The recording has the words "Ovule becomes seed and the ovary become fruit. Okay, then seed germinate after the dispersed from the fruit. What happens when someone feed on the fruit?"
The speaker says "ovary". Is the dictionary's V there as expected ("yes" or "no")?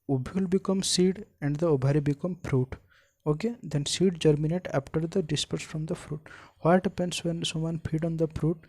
no